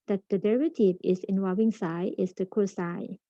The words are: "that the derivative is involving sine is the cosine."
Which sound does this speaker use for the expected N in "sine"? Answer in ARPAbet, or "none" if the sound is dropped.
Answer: none